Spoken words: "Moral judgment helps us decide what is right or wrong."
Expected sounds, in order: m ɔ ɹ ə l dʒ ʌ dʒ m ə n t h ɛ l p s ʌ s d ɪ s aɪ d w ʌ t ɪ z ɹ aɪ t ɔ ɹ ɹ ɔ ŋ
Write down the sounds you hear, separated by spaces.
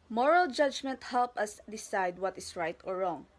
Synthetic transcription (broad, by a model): m ɔ ɹ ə l dʒ ʌ dʒ m ə n t h ɛ l p ʌ s d ɪ s aɪ d w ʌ t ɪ s ɹ aɪ t ɔ ɹ ɹ ɔ ŋ